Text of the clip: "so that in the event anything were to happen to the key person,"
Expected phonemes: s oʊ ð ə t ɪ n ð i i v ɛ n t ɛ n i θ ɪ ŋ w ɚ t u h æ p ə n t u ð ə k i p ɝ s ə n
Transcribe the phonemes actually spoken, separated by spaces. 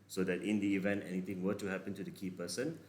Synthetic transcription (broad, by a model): s oʊ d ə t ɪ n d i i v ɛ n t ɛ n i t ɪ ŋ w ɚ t u h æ p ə n t u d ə k i p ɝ s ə n